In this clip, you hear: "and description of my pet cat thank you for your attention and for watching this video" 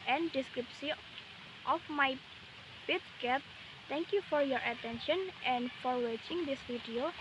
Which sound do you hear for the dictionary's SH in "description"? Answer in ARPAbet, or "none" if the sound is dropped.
S